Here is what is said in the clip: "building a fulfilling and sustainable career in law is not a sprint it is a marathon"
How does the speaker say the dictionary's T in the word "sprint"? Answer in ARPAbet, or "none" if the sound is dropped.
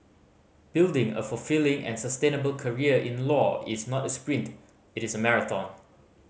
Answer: T